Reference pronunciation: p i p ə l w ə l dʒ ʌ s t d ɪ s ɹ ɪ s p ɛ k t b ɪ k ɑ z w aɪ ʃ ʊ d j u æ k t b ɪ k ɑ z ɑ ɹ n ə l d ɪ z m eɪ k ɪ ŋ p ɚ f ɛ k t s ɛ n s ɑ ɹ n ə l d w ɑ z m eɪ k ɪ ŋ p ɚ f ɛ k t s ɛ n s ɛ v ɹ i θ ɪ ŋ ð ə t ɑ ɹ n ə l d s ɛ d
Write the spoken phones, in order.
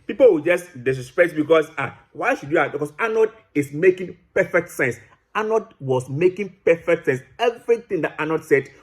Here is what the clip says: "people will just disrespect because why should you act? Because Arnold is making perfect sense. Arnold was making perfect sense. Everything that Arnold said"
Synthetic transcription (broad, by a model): p i p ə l w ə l dʒ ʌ s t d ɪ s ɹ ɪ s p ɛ t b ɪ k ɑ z w aɪ ʃ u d j u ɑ t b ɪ k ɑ s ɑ n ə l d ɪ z m eɪ k ɪ ŋ p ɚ f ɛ k t s ɛ n s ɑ n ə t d w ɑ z m eɪ k ɪ ŋ p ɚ f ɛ k t s ɛ n s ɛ v ɹ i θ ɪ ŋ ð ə t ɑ n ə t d s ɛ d